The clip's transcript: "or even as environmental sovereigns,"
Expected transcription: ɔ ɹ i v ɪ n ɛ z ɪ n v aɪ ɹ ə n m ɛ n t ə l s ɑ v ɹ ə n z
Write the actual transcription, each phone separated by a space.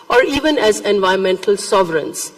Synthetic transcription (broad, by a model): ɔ ɹ i v ɪ n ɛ z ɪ n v aɪ ə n m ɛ n t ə l s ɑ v ɹ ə n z